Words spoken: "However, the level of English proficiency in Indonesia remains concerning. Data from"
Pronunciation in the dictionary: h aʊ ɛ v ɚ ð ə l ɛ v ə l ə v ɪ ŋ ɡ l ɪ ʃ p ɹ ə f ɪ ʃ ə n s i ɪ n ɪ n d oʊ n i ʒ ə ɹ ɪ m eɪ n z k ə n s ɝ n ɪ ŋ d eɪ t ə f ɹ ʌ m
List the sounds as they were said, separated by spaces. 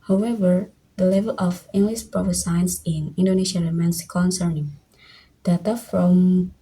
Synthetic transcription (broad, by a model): h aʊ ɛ v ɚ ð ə l ɛ v ə l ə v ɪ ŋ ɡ l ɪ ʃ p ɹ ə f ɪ s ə n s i ɪ n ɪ n d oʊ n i ʃ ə l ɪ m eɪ n s k ə n s ɝ n ɪ ŋ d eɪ t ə f ɹ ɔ m